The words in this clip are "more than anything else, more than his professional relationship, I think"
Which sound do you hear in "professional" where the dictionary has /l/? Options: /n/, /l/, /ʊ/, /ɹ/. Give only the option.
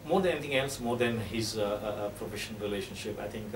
/n/